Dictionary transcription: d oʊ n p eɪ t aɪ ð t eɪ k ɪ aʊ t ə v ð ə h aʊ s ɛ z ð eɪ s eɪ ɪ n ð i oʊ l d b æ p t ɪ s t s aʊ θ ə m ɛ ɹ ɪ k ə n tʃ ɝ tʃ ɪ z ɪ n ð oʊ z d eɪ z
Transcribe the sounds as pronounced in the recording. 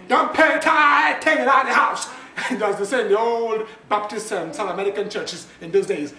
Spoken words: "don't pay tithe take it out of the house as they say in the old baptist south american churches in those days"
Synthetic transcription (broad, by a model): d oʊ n p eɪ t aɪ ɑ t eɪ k ɪ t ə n ð ə h aʊ s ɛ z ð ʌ s eɪ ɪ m ð i oʊ l d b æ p t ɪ s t s aʊ θ ə m ɛ ɹ ɪ k ə n tʃ ɝ tʃ ɪ z ɪ n ð oʊ z d eɪ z